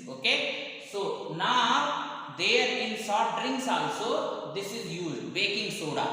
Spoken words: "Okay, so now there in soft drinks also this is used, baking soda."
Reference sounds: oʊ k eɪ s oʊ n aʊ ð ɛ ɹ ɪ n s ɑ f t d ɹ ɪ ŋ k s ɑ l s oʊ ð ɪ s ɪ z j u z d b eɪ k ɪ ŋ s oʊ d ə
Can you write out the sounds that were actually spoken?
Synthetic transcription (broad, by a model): oʊ k eɪ s oʊ n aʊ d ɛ ɹ ɪ n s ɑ t d ɹ ɪ ŋ k s ɑ l s oʊ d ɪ s ɪ z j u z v eɪ k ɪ ŋ s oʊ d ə